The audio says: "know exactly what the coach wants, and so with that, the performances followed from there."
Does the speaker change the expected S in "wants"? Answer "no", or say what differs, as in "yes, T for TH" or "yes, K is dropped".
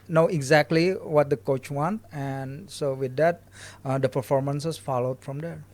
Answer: yes, S is dropped